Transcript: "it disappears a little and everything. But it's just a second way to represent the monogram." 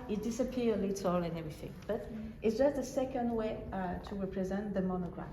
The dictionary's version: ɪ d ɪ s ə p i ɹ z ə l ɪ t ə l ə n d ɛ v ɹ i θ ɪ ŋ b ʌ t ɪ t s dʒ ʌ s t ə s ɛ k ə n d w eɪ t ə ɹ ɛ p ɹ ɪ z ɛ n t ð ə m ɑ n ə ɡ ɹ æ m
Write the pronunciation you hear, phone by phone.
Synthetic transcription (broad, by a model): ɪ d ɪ s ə p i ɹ ə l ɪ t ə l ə n ɛ v ɹ i θ ɪ ŋ b ʌ t ɪ t s dʒ ʌ s t ə s ɛ k ə n d w eɪ t ə ɹ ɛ p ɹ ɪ z ɛ n ð ə m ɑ n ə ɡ ɹ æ